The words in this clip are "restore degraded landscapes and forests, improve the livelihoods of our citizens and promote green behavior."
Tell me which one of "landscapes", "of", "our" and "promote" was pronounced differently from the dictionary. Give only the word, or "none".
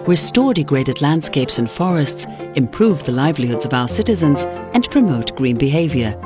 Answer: none